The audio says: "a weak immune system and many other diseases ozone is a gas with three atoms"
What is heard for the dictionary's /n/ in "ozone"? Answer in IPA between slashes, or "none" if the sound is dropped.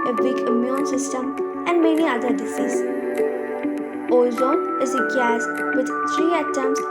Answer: none